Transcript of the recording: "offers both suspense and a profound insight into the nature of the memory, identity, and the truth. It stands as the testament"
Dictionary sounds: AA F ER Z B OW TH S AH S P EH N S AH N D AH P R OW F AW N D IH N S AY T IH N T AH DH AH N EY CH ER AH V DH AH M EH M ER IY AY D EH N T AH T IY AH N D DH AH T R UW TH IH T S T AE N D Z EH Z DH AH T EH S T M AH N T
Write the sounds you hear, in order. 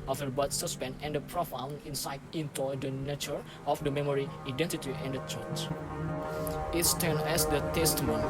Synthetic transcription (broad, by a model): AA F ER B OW T S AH S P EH N AH N D AH P R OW F AW N IH N S AY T IH N T AH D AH N EY CH ER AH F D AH M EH M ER IY AY D EH N T AH T IY AH N D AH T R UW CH IH T S T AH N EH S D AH T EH S T M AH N